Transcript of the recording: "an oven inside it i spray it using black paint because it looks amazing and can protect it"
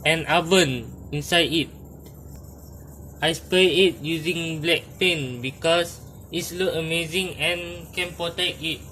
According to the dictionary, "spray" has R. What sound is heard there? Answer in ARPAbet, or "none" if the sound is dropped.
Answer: none